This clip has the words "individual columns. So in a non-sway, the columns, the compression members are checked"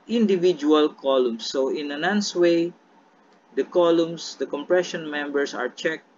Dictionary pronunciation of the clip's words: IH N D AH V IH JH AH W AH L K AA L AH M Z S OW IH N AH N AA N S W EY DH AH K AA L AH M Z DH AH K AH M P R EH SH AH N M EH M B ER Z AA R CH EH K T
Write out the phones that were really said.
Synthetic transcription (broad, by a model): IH N D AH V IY JH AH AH L K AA L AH M S OW IH N AH N AA N S W EY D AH K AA L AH M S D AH K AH M P R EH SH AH N M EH M B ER S AA R CH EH K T